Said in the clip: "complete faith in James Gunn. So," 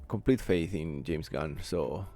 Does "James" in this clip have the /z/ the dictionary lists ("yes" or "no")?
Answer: no